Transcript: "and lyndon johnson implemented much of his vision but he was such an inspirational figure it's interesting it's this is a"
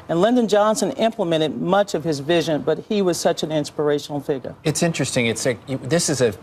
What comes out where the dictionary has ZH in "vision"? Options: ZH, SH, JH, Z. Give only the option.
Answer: ZH